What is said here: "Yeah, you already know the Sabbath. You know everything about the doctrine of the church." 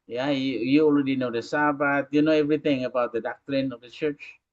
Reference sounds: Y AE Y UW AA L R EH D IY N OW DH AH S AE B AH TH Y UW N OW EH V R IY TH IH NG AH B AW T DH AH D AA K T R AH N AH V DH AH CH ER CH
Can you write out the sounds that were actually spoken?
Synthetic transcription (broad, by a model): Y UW Y UW AA L R EH D IY N OW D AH S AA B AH T Y UW N OW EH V R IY T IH NG AH B AW T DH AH D AA K T R AH N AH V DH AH CH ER CH